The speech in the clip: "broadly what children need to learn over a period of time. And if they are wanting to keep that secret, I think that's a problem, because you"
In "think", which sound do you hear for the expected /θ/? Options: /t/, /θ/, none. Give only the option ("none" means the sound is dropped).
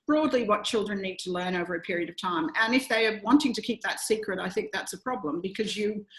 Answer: /θ/